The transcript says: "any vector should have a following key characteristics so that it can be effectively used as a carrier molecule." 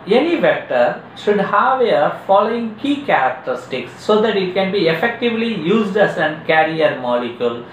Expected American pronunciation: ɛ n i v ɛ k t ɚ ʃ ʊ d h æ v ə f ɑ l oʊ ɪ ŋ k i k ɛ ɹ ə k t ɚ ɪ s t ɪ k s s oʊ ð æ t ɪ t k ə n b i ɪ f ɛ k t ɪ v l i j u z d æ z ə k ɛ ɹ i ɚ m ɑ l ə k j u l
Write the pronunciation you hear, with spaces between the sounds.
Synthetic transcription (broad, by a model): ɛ n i v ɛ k t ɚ ʃ ʊ d h æ v ə f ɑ l oʊ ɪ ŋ k i k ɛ ɹ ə k t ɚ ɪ s t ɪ k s s oʊ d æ t ɪ t k ə n b i ɪ f ɛ k t ɪ v l i j u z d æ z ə k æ ɹ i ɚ m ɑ l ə k j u l